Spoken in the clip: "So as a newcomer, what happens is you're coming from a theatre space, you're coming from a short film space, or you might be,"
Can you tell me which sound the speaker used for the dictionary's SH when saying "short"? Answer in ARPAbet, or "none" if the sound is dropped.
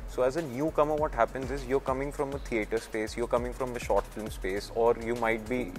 SH